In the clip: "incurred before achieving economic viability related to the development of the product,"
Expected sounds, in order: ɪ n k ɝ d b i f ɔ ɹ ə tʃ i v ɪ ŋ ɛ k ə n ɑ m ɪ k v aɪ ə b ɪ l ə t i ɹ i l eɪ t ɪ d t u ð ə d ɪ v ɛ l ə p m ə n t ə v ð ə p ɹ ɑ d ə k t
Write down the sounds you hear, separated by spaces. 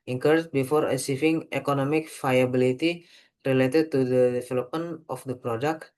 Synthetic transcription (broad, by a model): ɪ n k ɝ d b i f ɔ ɹ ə s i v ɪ ŋ ɛ k ə n ɑ m ɪ k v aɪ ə b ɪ l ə t i ɹ i l eɪ t ɪ d t u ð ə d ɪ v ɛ l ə p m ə n t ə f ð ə p ɹ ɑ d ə k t